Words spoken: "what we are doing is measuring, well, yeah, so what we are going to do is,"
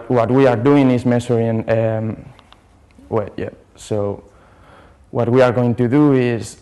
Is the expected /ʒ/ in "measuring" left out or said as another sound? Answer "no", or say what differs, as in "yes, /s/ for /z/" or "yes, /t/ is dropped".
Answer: yes, /s/ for /ʒ/